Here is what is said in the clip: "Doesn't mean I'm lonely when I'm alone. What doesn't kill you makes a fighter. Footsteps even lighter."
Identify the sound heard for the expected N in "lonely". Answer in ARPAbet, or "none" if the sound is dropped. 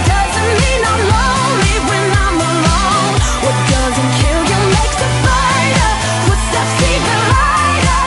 none